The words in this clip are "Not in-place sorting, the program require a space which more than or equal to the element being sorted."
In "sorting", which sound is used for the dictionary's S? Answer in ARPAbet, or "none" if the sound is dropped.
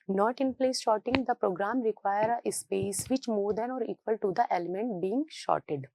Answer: SH